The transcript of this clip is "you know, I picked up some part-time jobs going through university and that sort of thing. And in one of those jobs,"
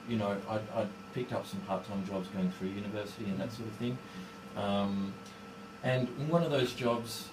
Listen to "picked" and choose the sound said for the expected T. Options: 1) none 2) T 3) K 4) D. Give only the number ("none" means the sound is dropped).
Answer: 2